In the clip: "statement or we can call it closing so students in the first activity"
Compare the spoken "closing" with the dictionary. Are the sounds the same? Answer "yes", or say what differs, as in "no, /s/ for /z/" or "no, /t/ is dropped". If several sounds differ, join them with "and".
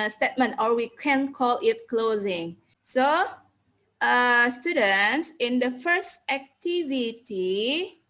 yes